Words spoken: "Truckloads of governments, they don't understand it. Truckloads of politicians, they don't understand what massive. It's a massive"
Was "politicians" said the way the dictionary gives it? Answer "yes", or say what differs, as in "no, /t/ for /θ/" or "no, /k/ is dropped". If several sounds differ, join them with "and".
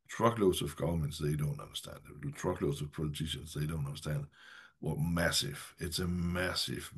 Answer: no, /s/ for /z/